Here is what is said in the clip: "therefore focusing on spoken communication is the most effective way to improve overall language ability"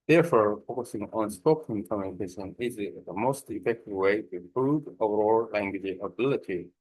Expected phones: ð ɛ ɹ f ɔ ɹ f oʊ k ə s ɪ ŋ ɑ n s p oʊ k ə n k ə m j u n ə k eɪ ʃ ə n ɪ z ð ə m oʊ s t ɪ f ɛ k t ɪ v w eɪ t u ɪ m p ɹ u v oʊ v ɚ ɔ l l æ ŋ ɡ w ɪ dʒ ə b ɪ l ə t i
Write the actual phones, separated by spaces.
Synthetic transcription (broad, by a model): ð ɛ ɹ f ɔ ɹ f oʊ k ə s ɪ ŋ ɑ n s p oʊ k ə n k ə m j u n ə k eɪ ʃ ə n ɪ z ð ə m oʊ s t ɪ f ɛ k t ɪ v w eɪ t u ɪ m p ɹ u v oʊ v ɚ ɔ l l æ ŋ ɡ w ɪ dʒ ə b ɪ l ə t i